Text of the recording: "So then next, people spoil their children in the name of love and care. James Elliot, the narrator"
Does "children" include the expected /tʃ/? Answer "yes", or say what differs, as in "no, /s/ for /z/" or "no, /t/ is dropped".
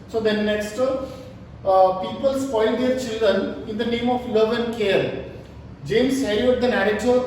yes